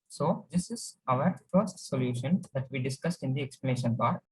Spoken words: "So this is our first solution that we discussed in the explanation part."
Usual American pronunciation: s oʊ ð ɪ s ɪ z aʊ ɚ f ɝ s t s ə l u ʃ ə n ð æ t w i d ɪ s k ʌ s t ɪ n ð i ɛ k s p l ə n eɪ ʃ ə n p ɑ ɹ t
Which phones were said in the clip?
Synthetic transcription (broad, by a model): s oʊ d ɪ s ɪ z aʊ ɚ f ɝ s t s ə l u ʃ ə n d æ t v i d ɪ s k ʌ s t ɪ n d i ɛ k s p l ə n eɪ ʃ ə n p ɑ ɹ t